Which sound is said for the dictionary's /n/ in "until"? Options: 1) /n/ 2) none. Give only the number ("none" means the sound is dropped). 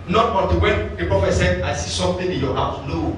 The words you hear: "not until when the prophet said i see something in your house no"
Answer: 2